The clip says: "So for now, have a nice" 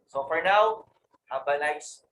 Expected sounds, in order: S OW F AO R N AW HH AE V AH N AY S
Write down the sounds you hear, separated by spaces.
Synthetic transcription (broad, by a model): S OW F AO R N AW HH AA B AH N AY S